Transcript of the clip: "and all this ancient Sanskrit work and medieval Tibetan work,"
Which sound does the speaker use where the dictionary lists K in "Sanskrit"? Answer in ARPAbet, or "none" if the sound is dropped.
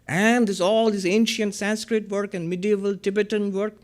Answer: K